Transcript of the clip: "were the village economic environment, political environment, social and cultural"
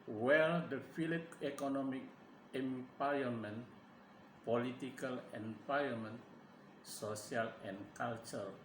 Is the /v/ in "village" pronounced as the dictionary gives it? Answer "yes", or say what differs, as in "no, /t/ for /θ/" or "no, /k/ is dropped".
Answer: no, /f/ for /v/